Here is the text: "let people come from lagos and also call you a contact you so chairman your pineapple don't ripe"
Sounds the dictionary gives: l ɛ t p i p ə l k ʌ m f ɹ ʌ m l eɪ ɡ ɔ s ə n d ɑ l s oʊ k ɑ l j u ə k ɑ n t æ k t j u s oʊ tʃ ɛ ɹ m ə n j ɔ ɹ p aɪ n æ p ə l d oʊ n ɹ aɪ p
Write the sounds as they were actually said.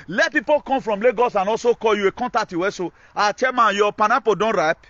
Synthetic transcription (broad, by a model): l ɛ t p i p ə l k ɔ m f ɹ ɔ m l eɪ ɡ ɔ s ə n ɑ s oʊ k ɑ j u ə k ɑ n t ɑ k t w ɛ s oʊ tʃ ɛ m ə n j ɔ p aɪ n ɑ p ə d oʊ n ɹ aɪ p